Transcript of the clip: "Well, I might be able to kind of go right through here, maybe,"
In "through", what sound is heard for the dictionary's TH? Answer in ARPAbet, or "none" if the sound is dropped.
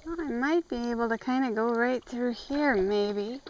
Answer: TH